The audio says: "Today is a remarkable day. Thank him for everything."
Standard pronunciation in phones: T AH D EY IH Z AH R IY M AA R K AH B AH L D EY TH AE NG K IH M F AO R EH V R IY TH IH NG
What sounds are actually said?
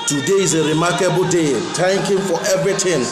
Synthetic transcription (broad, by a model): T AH D EY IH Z AH R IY M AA K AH B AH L D EY T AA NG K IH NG F AO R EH V R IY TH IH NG